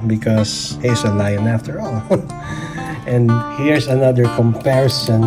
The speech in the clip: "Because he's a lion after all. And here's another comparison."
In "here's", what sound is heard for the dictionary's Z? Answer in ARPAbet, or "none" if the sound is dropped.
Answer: S